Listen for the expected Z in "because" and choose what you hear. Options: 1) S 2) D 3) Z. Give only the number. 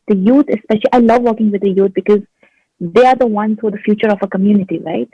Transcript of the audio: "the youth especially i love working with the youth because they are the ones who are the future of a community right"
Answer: 3